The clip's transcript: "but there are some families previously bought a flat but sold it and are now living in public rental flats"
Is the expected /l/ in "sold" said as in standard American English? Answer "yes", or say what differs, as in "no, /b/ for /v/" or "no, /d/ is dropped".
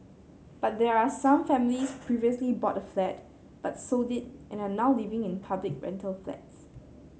no, /l/ is dropped